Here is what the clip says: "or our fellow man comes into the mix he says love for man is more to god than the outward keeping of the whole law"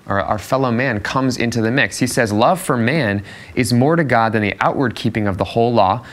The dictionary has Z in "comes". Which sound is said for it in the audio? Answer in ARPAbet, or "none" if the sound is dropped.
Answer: Z